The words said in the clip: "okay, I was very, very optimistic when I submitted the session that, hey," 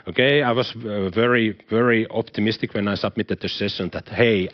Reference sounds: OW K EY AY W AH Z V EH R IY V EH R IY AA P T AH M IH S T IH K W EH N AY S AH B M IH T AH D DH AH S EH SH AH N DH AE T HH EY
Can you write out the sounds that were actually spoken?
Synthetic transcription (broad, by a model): OW K EY AY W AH S V EH R IY V EH R IY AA P T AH M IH S T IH K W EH N AY S AH B M IH T AH D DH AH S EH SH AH N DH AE T HH EY